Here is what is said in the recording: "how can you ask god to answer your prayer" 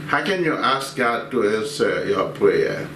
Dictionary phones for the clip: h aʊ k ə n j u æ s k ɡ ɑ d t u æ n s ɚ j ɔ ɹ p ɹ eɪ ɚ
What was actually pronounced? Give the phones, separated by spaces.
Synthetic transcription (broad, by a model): h aʊ k ə n j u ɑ s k ɡ ɑ d t u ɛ s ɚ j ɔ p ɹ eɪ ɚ